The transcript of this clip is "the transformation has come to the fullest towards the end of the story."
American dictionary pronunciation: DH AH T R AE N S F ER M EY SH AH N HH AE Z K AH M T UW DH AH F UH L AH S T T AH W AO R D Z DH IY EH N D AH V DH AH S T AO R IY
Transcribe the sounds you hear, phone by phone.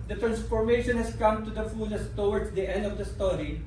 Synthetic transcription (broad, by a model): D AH T R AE N S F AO M EY SH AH N HH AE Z K AH M T UW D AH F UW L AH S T T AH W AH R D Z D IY EH N D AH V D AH S T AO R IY